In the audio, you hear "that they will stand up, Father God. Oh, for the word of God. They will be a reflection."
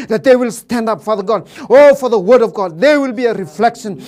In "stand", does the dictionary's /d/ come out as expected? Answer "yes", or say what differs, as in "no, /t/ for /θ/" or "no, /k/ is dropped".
yes